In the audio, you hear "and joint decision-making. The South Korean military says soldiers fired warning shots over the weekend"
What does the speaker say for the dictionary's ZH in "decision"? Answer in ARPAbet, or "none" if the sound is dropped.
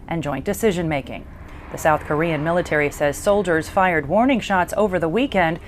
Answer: ZH